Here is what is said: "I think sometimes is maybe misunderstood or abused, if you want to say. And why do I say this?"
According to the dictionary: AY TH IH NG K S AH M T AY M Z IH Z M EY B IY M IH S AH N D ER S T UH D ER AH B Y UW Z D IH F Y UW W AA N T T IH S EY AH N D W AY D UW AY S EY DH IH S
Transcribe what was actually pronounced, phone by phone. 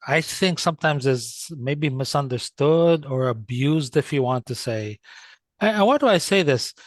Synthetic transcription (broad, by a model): AY TH IH NG K S AH M T AY M Z IH Z M EY B IY M IH S AH N D ER S T UH D ER AH B Y UW Z D IH F Y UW W AA N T T IH S EY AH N W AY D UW AY S EY DH IH S